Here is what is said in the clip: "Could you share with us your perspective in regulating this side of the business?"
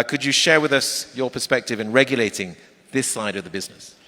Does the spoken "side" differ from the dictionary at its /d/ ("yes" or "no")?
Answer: no